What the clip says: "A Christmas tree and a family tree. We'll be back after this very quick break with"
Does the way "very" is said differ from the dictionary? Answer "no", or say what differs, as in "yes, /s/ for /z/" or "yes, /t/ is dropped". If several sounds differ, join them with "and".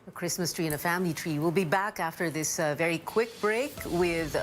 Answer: no